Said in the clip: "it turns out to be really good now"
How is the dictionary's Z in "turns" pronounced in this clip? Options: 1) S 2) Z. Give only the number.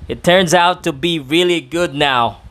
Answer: 2